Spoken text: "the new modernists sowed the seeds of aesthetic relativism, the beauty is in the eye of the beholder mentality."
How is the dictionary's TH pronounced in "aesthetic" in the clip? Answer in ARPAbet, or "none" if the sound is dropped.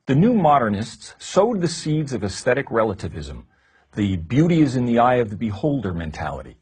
TH